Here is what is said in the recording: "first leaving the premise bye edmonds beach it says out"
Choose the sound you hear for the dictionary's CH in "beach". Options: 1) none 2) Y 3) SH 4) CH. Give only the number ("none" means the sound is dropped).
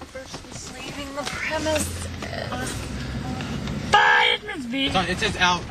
1